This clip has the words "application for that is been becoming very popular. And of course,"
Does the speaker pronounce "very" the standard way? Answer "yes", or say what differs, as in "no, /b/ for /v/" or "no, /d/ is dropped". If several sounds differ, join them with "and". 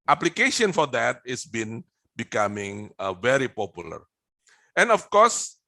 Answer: yes